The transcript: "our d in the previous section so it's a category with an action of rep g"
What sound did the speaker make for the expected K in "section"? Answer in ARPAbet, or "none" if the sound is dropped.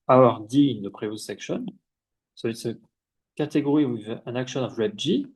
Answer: K